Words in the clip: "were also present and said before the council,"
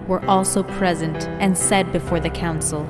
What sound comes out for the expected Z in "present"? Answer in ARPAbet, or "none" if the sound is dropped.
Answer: Z